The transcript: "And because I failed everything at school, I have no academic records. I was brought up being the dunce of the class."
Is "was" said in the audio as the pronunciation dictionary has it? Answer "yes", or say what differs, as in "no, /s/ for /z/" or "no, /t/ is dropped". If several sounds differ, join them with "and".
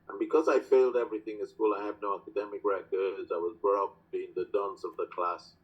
yes